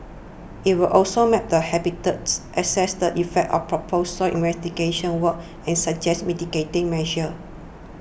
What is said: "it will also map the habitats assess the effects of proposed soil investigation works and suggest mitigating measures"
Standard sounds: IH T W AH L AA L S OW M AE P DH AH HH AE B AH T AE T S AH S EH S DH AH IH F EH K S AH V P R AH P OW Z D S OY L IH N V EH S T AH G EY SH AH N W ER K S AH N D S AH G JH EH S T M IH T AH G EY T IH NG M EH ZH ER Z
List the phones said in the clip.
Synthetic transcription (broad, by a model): IH T W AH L AA L S OW M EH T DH AH HH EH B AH T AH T S AH S EH S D AH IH F EH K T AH F P R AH P OW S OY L IH N V EH S T AH G EY SH AH N W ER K AH N S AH JH EH S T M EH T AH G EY T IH NG M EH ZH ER